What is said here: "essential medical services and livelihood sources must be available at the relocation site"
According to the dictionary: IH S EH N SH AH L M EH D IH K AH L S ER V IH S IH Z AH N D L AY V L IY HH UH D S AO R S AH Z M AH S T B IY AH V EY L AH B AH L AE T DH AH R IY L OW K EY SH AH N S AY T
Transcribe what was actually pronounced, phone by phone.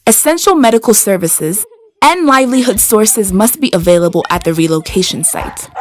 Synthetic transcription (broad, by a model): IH S EH N SH L M EH D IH K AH L S ER V IH S IH Z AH N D L AY V L IY HH UH D S AO R S AH Z M AH S T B IY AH V EY L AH B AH L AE T DH AH R IY L OW K EY SH AH N S AY T